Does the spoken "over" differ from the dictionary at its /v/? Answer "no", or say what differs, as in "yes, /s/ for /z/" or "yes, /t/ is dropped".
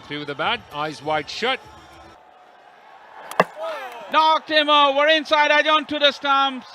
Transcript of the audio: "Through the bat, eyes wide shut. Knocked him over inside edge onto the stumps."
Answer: yes, /v/ is dropped